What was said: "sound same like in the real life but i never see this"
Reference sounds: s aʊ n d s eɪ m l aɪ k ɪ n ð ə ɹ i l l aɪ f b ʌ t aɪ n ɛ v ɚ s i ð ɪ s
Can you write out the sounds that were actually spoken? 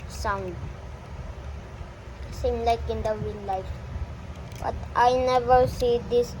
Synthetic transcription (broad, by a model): s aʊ n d s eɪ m l aɪ k ɪ n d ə w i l l aɪ f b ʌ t aɪ n ɛ v ɚ s i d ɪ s